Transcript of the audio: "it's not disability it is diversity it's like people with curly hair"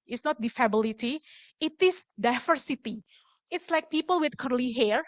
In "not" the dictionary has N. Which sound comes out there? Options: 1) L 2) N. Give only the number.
2